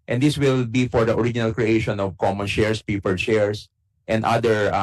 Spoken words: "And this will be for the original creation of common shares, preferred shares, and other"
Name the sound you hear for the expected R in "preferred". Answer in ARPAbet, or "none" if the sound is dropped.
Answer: none